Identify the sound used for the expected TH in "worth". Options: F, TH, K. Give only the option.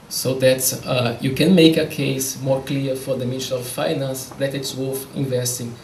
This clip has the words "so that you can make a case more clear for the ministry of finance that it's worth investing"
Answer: F